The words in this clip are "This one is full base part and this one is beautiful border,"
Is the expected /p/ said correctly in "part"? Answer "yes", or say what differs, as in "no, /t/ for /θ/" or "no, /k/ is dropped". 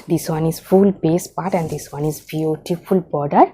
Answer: yes